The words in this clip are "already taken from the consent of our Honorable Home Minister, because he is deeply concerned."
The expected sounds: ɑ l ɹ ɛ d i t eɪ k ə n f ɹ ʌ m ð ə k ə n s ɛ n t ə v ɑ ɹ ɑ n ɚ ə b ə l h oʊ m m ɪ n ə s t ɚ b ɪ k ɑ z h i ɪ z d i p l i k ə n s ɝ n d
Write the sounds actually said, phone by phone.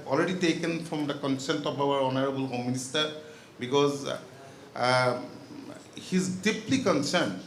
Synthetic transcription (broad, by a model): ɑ l ɹ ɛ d i t eɪ k ə n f ɹ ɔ m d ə k ə n s ɛ n t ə b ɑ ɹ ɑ n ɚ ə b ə l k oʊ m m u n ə s t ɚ b ɪ k ɑ z h i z d i p l i k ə n s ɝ n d